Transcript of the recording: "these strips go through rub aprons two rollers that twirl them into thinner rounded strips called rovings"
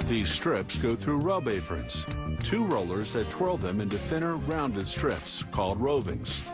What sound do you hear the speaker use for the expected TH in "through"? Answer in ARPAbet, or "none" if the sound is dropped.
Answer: TH